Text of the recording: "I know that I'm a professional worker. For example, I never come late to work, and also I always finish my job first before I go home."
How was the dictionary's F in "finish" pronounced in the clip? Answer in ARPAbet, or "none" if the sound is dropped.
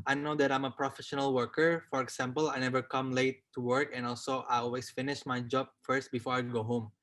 F